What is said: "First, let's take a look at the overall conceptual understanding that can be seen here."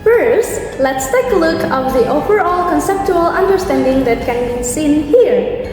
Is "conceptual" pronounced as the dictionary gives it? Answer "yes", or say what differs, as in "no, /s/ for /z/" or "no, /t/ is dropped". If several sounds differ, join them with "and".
yes